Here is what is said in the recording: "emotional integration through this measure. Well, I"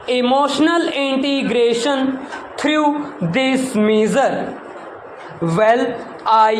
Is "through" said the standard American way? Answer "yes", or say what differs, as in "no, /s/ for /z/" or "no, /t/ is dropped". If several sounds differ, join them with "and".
no, /t/ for /θ/